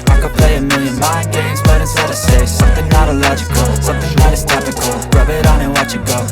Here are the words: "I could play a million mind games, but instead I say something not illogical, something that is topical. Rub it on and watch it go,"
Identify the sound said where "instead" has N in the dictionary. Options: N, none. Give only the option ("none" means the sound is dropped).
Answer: none